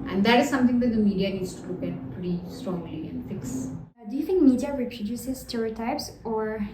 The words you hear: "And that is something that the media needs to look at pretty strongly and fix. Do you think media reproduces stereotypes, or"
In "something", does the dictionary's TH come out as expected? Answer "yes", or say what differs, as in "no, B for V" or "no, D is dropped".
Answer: no, T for TH